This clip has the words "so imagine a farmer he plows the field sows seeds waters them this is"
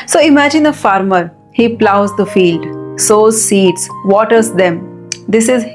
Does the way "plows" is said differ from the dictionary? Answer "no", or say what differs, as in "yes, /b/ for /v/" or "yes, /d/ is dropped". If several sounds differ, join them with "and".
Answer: no